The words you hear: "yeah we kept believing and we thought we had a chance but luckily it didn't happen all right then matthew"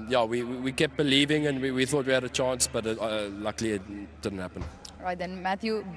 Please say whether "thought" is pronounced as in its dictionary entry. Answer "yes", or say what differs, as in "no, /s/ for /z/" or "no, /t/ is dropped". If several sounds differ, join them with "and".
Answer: yes